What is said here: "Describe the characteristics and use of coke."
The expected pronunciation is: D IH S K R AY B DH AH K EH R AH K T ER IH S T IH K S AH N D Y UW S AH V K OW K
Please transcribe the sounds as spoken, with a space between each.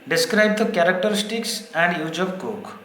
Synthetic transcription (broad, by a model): D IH S K R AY B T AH K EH R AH K T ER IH S T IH K S AH N D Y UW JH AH B K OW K